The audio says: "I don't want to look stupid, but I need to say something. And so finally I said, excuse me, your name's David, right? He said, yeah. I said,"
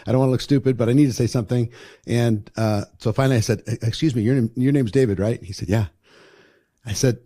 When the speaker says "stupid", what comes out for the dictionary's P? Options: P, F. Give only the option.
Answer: P